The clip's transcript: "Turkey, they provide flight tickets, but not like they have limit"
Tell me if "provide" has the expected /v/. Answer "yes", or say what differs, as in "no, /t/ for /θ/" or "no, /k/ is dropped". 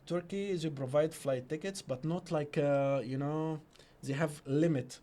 yes